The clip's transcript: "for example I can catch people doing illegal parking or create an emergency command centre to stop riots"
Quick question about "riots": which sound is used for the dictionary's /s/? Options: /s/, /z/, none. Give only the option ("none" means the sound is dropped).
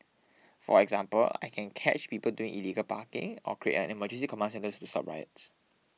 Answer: /s/